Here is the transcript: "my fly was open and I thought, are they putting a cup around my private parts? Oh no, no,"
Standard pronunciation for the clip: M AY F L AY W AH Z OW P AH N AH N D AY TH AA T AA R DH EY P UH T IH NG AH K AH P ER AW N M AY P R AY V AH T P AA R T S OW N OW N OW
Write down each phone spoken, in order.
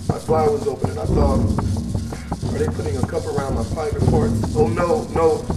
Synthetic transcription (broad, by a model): M AY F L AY W AH Z OW P AH N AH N AY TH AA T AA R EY P UH T IH NG AH K AH P ER AW N M AY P AY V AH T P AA R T OW N OW N OW